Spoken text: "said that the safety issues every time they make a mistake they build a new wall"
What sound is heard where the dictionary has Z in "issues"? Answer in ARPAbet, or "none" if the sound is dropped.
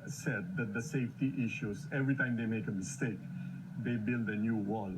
S